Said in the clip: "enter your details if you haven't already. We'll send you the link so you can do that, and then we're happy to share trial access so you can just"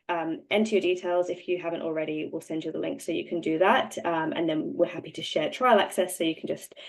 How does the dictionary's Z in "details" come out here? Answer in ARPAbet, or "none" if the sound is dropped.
Z